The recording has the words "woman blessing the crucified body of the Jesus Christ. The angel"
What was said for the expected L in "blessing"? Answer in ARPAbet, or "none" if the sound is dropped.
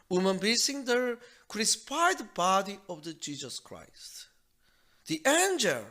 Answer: none